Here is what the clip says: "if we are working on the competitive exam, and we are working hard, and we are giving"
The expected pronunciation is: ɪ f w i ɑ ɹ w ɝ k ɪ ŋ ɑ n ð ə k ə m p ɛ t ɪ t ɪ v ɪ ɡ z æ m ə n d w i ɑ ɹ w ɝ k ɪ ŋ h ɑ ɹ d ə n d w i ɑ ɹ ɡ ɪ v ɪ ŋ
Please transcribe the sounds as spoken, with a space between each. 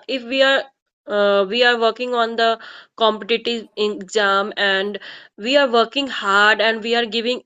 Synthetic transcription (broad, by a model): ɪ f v i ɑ ɹ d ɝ k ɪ ŋ ɑ n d ə k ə m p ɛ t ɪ t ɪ ɪ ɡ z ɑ m ə n d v i ɑ ɹ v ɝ k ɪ ŋ h ɑ ɹ d ə n d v i ɑ ɹ ɡ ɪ v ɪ ŋ